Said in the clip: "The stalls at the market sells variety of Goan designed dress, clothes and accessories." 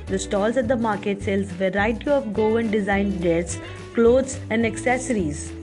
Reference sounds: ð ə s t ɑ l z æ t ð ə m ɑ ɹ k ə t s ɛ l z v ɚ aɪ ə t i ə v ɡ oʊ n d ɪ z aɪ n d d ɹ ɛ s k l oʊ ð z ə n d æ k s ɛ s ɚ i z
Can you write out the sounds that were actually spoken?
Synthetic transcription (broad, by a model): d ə s t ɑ l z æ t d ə m ɑ ɹ k ə t s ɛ l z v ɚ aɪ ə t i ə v ɡ oʊ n d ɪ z aɪ n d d ɛ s k l oʊ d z ə n d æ k s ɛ s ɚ i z